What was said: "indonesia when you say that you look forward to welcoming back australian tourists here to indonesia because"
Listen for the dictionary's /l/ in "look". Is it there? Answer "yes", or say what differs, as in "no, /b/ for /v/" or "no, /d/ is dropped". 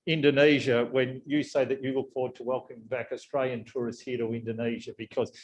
no, /w/ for /l/